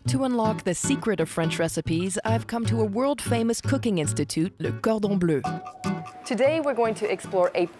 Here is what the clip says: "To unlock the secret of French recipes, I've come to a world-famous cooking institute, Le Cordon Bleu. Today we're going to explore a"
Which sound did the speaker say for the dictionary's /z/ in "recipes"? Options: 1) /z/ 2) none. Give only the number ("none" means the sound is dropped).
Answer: 1